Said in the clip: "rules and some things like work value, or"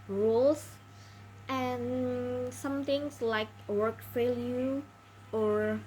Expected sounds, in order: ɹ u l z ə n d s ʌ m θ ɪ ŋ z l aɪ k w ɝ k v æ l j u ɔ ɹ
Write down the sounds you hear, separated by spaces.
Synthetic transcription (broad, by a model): ɹ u l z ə n s ʌ m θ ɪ ŋ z l aɪ k w ɝ k f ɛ l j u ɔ ɹ